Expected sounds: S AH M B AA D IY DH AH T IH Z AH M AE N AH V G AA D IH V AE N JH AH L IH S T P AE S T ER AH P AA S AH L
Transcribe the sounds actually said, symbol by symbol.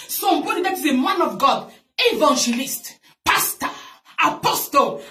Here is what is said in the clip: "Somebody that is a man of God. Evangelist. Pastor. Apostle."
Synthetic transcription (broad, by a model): S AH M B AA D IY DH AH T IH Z AH M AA N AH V G AA D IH V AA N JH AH L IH S T P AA S T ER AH P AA S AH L